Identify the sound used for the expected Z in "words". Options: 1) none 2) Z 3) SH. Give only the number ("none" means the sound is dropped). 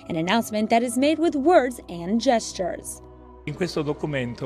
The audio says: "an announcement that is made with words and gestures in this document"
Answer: 2